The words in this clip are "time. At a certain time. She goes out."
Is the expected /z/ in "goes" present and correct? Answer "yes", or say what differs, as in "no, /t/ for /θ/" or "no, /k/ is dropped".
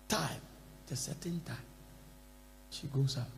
no, /s/ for /z/